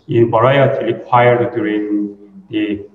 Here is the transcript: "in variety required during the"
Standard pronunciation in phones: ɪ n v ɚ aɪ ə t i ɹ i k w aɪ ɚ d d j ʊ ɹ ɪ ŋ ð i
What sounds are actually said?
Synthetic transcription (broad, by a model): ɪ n b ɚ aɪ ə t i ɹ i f aɪ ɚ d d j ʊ ɹ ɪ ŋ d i